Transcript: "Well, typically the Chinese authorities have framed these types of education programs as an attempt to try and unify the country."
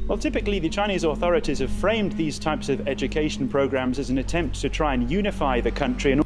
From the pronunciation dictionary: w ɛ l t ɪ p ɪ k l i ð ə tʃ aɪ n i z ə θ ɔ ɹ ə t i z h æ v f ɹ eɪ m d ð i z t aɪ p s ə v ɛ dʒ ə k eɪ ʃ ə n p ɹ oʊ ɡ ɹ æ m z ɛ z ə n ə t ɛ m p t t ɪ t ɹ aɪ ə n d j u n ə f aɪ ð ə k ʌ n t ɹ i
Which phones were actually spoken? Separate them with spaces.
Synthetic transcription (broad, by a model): w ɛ l t ɪ p ɪ k l i ð ə tʃ aɪ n i z ə θ ɔ ɹ ə t i z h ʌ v f ɹ eɪ m ð i z t aɪ p s ə v ɛ dʒ ə k eɪ ʃ ə n p ɹ oʊ ɡ ɹ æ m z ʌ z ə n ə t ɛ m p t t ɪ t ɹ aɪ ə n j u n ə f aɪ ð ə k ʌ n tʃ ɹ i